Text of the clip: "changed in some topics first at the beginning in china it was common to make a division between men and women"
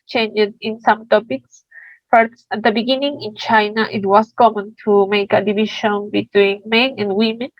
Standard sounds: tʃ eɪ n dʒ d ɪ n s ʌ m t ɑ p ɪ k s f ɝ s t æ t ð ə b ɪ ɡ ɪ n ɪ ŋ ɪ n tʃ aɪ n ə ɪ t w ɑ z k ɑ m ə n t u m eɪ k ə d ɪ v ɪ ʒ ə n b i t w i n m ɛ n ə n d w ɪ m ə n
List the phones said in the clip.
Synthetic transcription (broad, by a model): tʃ eɪ n dʒ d ɪ n s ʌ m t ɑ p ɪ k s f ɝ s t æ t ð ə b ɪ ɡ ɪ n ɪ ŋ ɪ n tʃ aɪ n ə ɪ t w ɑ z k ɑ m ə n t u m eɪ k ə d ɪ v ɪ ʃ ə n b i t w i n m ɛ n ə n d w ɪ m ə n